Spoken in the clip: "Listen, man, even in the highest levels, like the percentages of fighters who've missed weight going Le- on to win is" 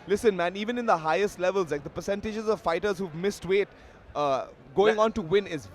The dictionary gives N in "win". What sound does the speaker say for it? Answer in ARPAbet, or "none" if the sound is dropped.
N